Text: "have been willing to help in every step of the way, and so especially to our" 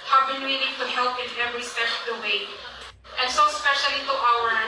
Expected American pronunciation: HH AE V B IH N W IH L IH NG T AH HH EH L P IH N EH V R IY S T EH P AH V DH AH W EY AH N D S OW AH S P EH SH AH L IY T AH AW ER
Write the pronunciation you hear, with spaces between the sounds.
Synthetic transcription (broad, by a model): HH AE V B IH N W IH N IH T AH HH EH L P IH N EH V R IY S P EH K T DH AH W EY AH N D S OW AH S P EH SH AH L IY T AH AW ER